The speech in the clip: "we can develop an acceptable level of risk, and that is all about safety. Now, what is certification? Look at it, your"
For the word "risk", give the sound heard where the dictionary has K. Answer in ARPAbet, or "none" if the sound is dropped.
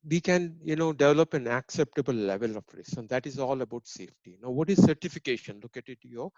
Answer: none